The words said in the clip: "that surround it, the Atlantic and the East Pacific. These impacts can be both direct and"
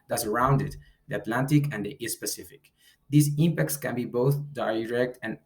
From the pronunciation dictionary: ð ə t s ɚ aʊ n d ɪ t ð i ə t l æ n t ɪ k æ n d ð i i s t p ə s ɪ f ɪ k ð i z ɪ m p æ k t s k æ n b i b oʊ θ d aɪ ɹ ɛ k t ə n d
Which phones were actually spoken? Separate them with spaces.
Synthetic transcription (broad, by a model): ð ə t s ɚ aʊ n d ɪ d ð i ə t l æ n t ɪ k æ n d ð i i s p ə s ɪ f ɪ k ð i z ɪ m p æ k t s k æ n b i b oʊ θ d aɪ ɹ ɛ k t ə n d